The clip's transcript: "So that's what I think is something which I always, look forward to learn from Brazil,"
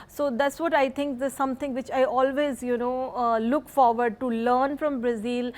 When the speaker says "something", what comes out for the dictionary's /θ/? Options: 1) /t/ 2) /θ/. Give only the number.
1